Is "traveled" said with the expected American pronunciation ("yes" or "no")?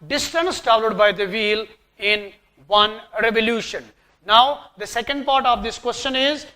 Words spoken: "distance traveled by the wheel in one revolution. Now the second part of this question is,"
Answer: no